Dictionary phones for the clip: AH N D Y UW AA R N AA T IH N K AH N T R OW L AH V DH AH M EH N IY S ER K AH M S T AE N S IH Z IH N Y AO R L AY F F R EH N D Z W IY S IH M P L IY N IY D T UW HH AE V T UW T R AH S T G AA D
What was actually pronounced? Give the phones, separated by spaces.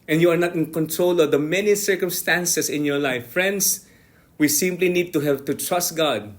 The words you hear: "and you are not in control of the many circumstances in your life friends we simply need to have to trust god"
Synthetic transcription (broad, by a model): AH N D Y UW AA R N AA T IH N K AH N T R OW L AH V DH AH M EH N IY S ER K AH M S T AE N S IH S IH N Y AO R L AY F F R EH N D S W IY S IH M P L IY N IY D T UW HH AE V T UW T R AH S T G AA D